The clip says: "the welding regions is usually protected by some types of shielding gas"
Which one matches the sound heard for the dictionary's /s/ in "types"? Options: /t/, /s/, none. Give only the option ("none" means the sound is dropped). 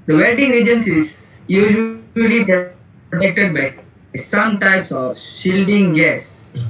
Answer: /s/